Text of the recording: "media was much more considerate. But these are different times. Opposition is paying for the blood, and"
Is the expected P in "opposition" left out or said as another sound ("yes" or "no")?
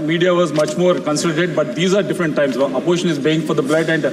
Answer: yes